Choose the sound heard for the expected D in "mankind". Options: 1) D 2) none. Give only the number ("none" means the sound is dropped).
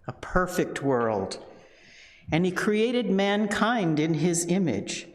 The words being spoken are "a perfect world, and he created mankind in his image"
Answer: 1